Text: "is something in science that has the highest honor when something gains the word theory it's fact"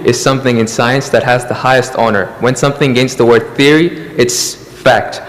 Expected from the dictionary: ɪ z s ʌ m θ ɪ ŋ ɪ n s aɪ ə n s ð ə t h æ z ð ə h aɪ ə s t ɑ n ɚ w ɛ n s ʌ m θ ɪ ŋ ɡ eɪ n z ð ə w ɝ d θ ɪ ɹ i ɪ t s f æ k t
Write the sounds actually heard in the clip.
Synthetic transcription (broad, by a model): ɪ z s ʌ m θ ɪ ŋ ɪ n s aɪ ə n s ð ə t h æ z ð ə h aɪ ə s t ɑ n ɚ w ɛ n s ʌ m θ ɪ ŋ ɡ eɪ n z ð ə w ɝ d θ ɪ ɹ i ɪ t s f æ k t